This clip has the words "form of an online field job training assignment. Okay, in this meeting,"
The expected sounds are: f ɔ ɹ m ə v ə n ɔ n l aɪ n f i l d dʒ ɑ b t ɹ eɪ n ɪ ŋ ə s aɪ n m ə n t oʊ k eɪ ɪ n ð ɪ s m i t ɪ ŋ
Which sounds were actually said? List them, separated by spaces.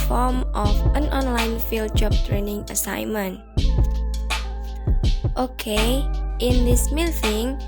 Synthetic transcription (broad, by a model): f ɔ m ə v ə n ɔ n l aɪ n f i l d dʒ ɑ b t ɹ eɪ n ɪ ŋ ə s aɪ n m ə n t oʊ k eɪ ɪ n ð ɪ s m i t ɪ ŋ